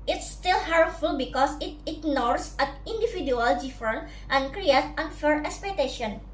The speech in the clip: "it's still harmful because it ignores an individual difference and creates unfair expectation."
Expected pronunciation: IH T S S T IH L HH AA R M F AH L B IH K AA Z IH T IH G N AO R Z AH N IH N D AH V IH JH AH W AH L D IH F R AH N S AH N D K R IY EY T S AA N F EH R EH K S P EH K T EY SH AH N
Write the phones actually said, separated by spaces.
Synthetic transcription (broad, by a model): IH T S S T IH L HH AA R F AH L B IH K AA S IH T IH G N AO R S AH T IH N D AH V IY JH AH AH L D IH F R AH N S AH N K R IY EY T AA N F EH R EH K S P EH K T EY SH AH N